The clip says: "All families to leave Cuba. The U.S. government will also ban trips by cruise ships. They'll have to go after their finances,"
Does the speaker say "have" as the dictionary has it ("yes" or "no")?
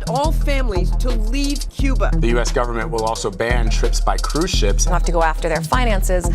no